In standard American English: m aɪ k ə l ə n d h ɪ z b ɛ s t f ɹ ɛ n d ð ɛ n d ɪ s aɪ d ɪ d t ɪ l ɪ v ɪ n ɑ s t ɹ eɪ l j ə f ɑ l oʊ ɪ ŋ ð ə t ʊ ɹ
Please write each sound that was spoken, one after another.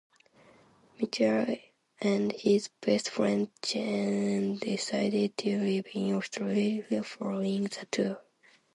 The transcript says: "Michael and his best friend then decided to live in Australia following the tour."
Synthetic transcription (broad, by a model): m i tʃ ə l ə n d h ɪ z b ɛ s t f ɹ ɛ n d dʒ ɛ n d ɪ s aɪ d ɪ d t ɪ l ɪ b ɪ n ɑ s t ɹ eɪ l f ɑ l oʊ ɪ ŋ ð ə t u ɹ